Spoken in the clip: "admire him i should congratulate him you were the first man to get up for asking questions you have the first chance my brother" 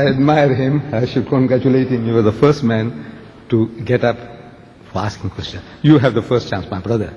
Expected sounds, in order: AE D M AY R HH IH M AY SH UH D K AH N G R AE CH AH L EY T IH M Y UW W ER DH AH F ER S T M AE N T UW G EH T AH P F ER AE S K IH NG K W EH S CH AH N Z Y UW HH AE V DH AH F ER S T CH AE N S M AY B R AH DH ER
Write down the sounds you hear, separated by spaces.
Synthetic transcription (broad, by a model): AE D M AY R HH IH M AY SH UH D K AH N G R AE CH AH L EY T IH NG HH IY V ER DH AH F ER S T M AE N T UW G EH T AH P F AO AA S K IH NG K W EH S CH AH N Y UW HH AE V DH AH F ER S T CH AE N S M AY B R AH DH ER